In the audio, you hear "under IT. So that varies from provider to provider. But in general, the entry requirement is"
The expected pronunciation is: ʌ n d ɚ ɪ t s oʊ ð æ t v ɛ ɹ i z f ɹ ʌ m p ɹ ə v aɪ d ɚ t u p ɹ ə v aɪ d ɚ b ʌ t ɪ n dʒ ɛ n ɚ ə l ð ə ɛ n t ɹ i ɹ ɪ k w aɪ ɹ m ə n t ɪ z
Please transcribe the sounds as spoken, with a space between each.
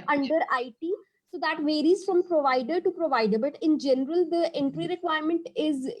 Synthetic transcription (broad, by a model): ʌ n d ɚ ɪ t s oʊ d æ t v ɛ ɹ i z f ɹ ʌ m p ɹ ə v aɪ d ɚ t u p ɹ ə v aɪ d ɚ b ʌ t ɪ n dʒ ɛ n ɚ ə l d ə ɛ n t ɹ i ɹ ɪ k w aɪ ɹ m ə n t ɪ z